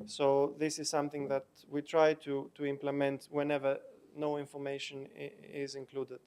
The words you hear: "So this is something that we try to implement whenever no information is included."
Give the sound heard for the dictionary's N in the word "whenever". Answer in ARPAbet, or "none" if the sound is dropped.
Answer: N